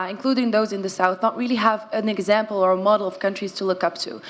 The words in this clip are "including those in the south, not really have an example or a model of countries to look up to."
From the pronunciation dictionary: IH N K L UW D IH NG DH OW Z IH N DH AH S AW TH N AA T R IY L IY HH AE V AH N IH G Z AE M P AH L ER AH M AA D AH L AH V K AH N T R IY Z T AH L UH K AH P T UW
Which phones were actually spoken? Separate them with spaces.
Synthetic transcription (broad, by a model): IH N K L UW D IH NG DH OW Z IH N DH AH S AW TH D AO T R IY L IY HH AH V AH N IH G Z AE M P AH L ER AH M AA D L AH V K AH N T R IY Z T AH L UH K AH P T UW